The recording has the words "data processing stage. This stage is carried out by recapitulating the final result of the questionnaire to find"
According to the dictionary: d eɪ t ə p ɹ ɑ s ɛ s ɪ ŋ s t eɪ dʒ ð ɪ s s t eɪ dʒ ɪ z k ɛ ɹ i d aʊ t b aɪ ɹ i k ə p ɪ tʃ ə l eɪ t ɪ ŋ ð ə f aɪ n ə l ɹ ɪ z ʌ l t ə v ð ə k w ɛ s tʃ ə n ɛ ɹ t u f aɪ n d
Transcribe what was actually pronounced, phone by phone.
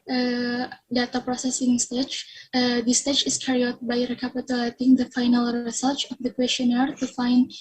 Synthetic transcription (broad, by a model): d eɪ t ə p ɹ ɑ s ɛ s ɪ ŋ s t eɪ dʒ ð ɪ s s t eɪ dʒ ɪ s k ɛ ɹ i aʊ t b aɪ ɹ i k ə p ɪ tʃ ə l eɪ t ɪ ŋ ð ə f aɪ n ə l ɹ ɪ s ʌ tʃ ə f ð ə k w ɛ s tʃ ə n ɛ ɹ t u f aɪ n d